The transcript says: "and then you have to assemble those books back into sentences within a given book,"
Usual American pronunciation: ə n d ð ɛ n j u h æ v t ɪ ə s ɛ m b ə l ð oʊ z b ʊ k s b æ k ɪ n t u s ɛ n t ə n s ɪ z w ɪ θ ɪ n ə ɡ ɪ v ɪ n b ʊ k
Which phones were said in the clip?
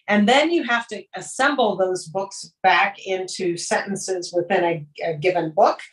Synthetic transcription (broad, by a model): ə n ð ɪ n j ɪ h æ f t ɪ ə s ɛ m b l ð oʊ z b ʊ k s b æ k ɪ n t u s ɛ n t n s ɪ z w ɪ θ ɪ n ə ɡ ɪ v ɪ n b ʊ k